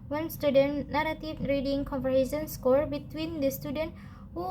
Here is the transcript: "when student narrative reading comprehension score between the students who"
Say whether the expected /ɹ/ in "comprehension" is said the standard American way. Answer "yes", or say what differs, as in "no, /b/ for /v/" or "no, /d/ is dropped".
no, /ɹ/ is dropped